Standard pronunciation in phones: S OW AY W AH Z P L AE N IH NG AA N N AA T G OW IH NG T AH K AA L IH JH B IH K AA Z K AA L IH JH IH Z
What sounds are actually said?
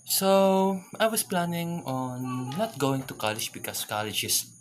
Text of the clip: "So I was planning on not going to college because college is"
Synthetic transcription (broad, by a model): S OW AY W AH S P L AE N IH NG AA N N AA T G OW IH NG T AH K AA L IH JH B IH K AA S K AA L IH JH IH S